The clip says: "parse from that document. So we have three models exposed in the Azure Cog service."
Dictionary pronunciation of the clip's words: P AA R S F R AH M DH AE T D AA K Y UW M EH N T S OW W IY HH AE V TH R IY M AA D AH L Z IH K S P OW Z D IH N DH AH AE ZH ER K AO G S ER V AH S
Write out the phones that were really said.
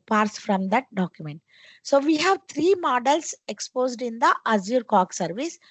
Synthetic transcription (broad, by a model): P AA R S F R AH M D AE T D AA K Y UW M EH N T S OW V IY HH AE V T R IY M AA D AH L S IH K S P OW Z D IH N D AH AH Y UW K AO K S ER V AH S